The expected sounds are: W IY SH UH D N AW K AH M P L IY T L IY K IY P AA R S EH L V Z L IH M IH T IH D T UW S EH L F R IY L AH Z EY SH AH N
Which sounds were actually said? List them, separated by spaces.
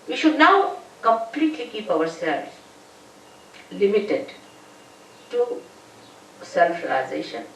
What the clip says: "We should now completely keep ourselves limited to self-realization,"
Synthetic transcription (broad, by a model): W IY SH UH D N AW K AH M P L IY T L IY K IY P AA W S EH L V S L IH M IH T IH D T UW S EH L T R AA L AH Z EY SH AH N